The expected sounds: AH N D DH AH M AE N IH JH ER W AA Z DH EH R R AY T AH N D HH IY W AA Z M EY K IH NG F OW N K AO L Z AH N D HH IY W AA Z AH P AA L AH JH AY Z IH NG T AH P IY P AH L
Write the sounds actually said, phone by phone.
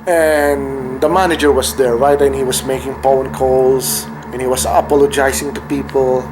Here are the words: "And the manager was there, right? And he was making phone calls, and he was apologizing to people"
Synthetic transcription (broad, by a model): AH N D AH M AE N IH JH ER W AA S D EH R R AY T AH N HH IY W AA S M EY K IH NG P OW N K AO L S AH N HH IY W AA S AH P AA L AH JH AY S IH NG T AH P IY P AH L